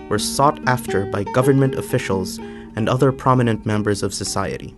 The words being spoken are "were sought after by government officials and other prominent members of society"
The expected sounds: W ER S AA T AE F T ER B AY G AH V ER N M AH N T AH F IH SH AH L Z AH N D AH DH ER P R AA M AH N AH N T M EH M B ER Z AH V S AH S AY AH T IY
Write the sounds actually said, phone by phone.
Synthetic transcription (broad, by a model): W ER S AA T AE F T ER B AY G AH V ER N M AH N T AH F IH SH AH L Z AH N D AH DH ER P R AA M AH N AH N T M EH M B ER Z AH V S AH S AY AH T IY